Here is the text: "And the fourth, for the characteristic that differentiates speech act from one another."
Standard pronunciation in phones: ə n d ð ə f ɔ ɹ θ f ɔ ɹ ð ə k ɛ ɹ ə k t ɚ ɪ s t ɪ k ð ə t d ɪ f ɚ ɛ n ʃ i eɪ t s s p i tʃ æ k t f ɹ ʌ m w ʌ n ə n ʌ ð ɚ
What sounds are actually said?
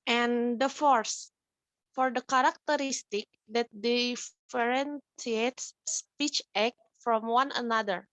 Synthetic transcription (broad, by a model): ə n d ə f ɔ ɹ s f ɔ ɹ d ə k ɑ ɹ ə k t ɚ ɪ s t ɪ k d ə t d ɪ f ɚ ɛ n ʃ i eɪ t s s p i tʃ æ k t f ɹ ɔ m w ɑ n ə n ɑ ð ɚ